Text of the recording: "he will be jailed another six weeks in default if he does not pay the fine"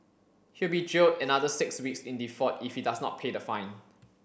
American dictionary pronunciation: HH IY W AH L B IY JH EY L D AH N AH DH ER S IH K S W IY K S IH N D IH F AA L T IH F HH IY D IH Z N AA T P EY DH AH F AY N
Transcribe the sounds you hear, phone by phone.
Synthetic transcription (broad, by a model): HH IY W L B IY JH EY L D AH N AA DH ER S IH K S W IY K S IH N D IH F AA T IH F HH IY D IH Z N AA T P EY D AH F AY N